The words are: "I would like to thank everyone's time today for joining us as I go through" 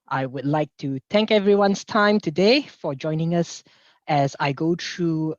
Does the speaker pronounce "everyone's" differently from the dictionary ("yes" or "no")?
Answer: yes